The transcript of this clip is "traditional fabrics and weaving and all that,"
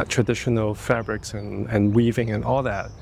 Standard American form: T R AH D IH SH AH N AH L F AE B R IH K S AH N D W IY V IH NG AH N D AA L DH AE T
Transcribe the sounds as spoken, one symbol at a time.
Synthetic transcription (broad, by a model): T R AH D IH SH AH N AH L F AE B R IH K S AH N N W IY V IH NG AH N AA L DH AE T